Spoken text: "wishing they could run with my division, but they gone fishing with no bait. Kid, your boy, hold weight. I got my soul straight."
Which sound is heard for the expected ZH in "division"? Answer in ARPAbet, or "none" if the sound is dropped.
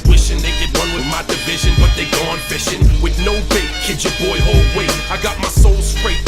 ZH